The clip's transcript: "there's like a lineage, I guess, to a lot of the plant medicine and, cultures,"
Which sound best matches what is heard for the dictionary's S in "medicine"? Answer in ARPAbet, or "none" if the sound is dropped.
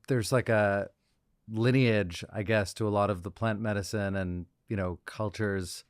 S